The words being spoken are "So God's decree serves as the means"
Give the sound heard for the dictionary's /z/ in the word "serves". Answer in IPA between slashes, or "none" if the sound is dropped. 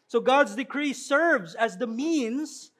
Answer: /z/